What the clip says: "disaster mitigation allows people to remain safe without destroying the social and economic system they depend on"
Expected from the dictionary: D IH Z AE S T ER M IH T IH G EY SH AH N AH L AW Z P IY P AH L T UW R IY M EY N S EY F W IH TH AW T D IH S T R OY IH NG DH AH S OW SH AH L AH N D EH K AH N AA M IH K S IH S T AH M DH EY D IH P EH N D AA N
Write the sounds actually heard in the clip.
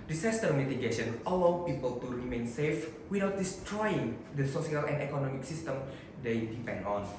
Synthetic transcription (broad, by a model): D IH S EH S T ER M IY T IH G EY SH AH N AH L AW P IY P AH L T UW R IY M EY N S EY F W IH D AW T D IH S T R OY IH NG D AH S OW S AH L AH N D EH K AH N AA M IH K S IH S T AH M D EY D IH P EH N D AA N